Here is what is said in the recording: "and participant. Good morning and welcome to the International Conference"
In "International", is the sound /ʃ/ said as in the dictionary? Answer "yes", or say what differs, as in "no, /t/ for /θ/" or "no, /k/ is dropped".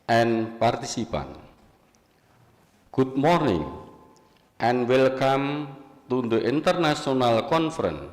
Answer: no, /s/ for /ʃ/